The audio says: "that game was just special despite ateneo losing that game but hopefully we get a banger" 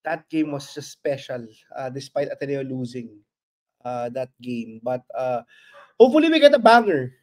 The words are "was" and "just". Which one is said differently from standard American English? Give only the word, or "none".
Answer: was